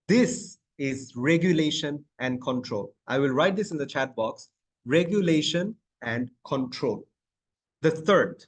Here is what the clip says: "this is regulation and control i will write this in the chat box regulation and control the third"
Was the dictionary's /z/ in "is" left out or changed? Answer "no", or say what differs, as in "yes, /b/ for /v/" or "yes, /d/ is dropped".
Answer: no